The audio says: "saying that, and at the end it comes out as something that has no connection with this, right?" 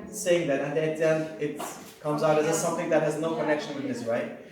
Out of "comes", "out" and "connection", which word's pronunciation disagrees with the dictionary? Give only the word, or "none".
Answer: none